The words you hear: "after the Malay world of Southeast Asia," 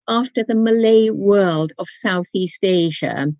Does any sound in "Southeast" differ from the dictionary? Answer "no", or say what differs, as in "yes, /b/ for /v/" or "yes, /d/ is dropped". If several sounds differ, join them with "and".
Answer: no